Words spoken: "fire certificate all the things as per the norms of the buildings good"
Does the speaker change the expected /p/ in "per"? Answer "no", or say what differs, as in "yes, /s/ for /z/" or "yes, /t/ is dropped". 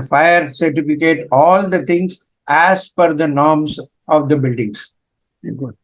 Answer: yes, /f/ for /p/